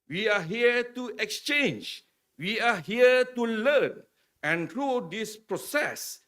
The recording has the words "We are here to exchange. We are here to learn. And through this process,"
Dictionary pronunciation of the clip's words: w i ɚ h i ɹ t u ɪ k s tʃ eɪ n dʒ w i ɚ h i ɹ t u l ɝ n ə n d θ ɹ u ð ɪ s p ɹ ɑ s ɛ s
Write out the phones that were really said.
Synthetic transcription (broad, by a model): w i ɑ h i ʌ t u ɪ k s tʃ eɪ n dʒ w i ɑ h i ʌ t u l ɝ n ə n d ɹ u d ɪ s p ɹ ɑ s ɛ s